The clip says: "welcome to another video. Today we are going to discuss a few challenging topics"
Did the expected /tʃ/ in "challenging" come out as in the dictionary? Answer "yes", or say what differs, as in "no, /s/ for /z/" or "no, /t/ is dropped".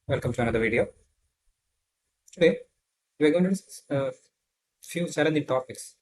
no, /s/ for /tʃ/